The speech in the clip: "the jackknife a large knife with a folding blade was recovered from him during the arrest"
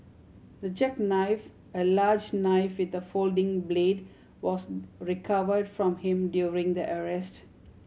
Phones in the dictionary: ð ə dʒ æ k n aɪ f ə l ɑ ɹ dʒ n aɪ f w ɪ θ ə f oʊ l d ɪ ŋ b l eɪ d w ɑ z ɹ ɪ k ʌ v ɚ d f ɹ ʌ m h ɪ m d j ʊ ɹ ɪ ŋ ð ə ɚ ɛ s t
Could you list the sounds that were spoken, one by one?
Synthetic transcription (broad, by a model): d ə dʒ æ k n aɪ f ə l ɑ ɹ dʒ n aɪ f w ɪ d ə f oʊ l d ɪ ŋ b l eɪ d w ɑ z ɹ ɪ k ʌ v ɚ d f ɹ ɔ m h ɪ m d j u ɹ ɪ ŋ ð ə ɚ ɛ s t